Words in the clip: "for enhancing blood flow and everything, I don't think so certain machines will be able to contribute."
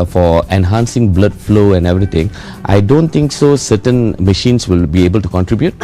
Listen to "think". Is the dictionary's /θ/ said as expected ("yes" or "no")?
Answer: no